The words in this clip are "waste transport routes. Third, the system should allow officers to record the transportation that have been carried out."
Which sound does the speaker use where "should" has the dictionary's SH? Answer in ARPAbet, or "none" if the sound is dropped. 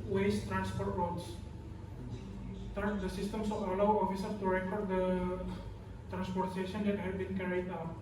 S